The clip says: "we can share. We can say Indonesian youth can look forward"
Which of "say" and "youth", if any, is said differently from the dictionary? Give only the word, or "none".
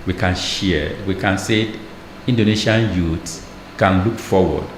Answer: youth